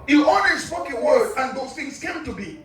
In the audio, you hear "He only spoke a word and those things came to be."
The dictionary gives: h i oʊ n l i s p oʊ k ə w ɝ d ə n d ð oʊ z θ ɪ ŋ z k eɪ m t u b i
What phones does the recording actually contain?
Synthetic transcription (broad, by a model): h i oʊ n w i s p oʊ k ə w ɝ d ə n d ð oʊ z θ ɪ ŋ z k eɪ m t u b i